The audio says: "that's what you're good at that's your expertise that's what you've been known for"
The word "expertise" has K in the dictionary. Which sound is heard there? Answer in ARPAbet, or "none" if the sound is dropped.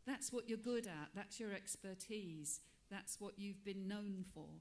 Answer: K